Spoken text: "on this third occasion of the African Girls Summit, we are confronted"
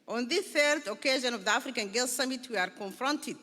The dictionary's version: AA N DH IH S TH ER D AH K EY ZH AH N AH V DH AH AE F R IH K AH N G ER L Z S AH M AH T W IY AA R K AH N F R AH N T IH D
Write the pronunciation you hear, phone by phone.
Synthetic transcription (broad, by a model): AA N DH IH TH ER D AH K EY ZH AH N AH V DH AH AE F R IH K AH N G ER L S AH M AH T W IY AA R K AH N F R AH N T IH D